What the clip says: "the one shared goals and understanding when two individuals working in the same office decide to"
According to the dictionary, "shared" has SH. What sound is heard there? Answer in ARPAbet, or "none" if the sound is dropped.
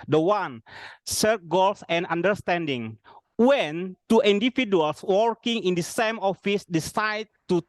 S